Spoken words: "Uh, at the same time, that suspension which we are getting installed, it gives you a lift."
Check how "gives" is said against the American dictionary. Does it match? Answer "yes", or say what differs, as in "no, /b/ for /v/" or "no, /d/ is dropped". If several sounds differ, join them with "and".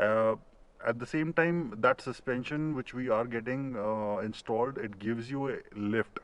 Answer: yes